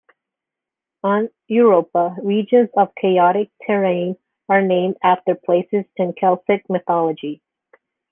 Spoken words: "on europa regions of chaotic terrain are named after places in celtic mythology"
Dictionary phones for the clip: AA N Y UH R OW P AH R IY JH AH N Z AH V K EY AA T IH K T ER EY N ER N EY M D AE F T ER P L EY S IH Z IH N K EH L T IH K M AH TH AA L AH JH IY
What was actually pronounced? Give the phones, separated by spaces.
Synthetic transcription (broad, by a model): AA N Y UH R OW P AH R IY JH AH N Z AH V K EY AA T IH K T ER EY N ER N EY M D AE F T ER P L EY S IH Z IH N K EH L S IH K M AH TH AA L AH JH IY